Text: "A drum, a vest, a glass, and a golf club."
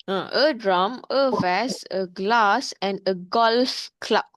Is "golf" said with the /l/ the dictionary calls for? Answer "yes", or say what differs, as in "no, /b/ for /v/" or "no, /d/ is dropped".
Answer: yes